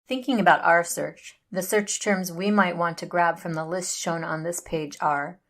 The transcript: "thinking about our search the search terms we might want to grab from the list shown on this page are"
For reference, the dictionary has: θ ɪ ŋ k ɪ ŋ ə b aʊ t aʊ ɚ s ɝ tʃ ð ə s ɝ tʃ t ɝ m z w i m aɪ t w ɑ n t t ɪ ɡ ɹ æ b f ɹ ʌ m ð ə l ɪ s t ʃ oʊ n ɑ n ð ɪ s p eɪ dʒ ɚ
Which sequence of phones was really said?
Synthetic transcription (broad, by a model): θ ɪ ŋ k ɪ ŋ ə b aʊ t aʊ ɚ s ɝ tʃ ð ə s ɝ tʃ t ɝ m z w i m aɪ t w ɑ n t t ɪ ɡ ɹ æ b f ɹ ʌ m ð ə l ɪ s t ʃ oʊ n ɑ n ð ɪ s p eɪ dʒ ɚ